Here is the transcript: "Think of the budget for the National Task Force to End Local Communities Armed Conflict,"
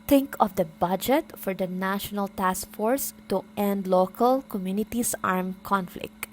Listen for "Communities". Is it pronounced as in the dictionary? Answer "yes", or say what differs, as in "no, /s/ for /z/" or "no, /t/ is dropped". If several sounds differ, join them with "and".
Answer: no, /s/ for /z/